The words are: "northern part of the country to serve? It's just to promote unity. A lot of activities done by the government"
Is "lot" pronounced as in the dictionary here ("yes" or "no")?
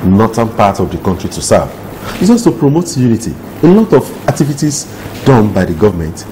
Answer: yes